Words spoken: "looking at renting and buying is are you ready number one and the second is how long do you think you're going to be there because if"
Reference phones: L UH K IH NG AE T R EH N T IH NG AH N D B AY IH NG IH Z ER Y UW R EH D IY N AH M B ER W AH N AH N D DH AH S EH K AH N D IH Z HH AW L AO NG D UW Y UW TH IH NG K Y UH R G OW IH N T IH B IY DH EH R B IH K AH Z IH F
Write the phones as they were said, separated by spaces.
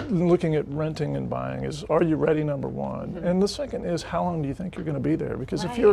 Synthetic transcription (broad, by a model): L UH K IH NG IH T R EH N T IH NG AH N B AY IH NG IH Z ER Y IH R EH D IY N AH M B ER W AH N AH N DH AH S EH K AH N D IH Z HH AW L AO NG D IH Y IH TH IH NG K Y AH R G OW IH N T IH B IY DH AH R B IH K AH Z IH F